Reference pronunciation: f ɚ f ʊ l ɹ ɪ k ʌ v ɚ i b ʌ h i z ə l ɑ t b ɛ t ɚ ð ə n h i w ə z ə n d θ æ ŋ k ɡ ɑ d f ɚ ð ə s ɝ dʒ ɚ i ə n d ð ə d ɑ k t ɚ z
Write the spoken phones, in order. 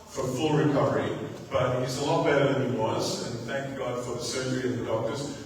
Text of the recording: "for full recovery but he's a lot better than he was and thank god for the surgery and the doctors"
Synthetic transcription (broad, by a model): f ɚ f ʊ l ɹ ɪ k ʌ v ɚ i b ʌ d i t ə l ɑ t b ɛ t ɚ ð ə n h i w ə z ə n θ æ ŋ k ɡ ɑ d f ɚ ð ə s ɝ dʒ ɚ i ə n ð ə d ɑ k t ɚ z